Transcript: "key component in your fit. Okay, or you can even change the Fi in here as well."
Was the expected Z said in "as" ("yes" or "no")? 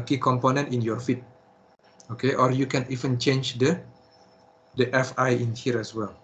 no